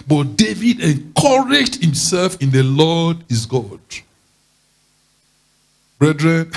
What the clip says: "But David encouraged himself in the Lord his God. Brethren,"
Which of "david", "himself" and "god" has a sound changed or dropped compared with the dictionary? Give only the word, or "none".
none